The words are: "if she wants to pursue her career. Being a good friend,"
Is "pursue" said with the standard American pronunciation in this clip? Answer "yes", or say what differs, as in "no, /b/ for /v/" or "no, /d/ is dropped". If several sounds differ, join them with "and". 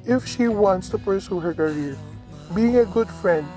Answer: yes